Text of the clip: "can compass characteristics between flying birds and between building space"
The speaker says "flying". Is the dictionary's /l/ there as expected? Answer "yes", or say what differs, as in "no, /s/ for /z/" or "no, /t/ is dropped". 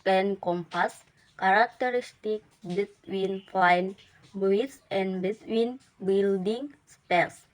no, /l/ is dropped